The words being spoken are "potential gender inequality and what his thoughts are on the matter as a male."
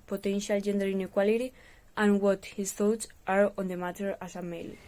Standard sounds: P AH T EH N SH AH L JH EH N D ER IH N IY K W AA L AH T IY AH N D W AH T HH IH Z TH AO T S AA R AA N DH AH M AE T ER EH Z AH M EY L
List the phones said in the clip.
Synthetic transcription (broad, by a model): P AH T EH N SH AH L JH EH N D ER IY N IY K W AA L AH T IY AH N W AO T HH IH S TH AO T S AA R AA N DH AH M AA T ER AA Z AH M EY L